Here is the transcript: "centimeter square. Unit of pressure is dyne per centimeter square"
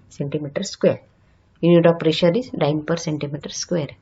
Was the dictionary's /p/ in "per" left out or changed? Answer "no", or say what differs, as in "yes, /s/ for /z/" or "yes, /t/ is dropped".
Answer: no